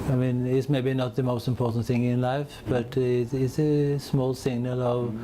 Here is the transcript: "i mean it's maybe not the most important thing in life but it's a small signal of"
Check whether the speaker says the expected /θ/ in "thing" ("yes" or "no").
yes